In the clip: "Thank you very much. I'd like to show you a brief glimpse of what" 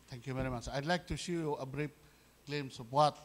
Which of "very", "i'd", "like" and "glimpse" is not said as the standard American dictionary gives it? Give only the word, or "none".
glimpse